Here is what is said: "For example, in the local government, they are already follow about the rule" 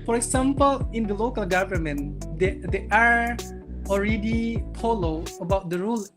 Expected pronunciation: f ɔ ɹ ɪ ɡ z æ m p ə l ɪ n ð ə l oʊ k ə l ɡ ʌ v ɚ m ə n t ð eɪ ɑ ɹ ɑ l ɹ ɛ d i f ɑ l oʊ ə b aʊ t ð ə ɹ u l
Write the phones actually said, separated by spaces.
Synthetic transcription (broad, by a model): f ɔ ɹ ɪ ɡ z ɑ m p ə l ɪ n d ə l oʊ k ə l ɡ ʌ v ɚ m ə n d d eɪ ɑ ɹ ɑ l ɹ ɛ d i p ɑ l oʊ ə b aʊ t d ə ɹ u l